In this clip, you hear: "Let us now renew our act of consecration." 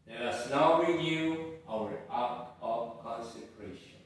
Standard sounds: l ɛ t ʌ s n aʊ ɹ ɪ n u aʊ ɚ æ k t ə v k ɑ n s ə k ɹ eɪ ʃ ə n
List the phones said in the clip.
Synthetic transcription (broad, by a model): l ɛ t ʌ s n aʊ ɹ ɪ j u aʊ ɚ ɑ t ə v k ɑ n s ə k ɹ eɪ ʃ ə n